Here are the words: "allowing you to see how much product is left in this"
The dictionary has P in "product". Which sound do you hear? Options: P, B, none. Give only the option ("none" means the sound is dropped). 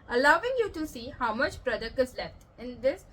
B